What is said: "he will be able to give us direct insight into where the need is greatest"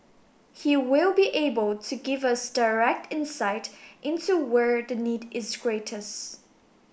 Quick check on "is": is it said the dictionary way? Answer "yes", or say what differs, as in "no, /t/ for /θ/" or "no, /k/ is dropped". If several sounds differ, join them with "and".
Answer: yes